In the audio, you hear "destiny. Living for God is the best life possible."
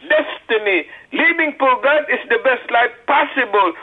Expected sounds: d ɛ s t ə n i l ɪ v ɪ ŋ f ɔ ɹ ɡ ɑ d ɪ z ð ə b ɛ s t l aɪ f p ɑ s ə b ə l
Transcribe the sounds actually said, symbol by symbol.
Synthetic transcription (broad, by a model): d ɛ s t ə n i l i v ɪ ŋ p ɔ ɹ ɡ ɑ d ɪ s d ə b ɛ s t l aɪ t p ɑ s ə b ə l